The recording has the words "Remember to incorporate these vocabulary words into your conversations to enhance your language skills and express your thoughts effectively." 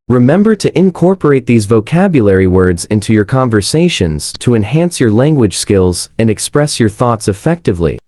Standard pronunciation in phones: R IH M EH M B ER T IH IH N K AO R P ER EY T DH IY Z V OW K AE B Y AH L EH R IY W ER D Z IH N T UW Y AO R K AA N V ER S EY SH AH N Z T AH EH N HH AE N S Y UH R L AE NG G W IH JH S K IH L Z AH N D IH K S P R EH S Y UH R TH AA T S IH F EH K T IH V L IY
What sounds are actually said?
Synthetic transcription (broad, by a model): R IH M EH M B ER T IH IH N K AO R P ER EY T DH IY Z V OW K AE B Y AH L EH R IY W ER D Z IH N T UW Y AO R K AA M V ER S EY SH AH N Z T AH EH N HH AE N S Y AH R L AE NG G W IH JH S K IH L Z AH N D IH K S P R EH S Y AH R TH AA T S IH F EH K T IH V L IY